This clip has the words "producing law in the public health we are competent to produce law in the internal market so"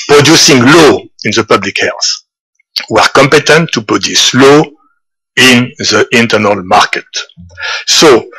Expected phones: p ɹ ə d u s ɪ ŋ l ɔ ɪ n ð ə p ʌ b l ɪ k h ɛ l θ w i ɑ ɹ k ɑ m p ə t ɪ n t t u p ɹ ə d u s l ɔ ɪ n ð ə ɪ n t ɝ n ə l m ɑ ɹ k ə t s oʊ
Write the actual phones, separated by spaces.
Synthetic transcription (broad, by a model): p ɹ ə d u s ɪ ŋ l ɔ ɪ n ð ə p ʌ b l ɪ k h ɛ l s w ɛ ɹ k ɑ m p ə t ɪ n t t u p ɹ ə d u s l ɔ ɪ n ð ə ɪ n t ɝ n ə l m ɑ ɹ k ə t s oʊ